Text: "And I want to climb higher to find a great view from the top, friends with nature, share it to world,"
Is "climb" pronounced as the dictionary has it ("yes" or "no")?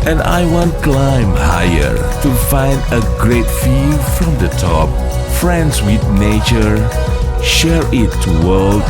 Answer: yes